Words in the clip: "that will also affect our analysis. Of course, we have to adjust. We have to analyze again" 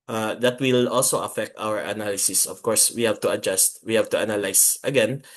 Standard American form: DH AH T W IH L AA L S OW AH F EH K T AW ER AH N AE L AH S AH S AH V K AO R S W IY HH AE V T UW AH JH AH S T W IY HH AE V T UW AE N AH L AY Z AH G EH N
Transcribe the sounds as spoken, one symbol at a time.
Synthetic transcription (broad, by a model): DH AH T W IH L AA L S OW AH F EH K T AW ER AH N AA L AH S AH S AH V K AO R S W IY HH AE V T UW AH JH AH S T W IY HH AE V T UW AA N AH L AY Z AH G EH N